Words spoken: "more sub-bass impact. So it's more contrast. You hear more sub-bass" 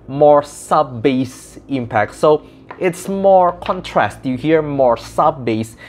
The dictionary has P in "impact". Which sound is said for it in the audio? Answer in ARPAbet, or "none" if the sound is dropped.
P